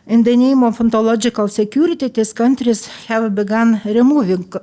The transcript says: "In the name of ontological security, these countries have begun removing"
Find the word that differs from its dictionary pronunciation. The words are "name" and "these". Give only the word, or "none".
these